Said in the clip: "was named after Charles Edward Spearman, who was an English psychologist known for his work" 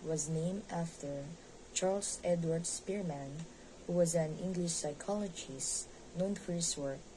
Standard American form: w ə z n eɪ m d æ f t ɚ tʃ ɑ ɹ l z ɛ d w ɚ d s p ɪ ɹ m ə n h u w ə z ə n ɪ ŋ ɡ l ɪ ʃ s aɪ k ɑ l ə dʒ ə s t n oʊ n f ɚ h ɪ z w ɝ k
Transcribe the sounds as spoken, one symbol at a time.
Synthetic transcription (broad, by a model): w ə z n eɪ m d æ f t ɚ tʃ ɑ ɹ l s ɛ d w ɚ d s p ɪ ɹ m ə n h u w ə z ə n ɪ ŋ ɡ l ɪ ʃ s aɪ k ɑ l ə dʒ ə s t n oʊ n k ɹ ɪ s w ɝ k